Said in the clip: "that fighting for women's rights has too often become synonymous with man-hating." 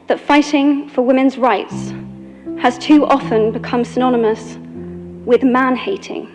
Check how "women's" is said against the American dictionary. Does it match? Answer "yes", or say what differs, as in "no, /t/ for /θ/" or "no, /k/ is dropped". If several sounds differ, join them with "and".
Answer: yes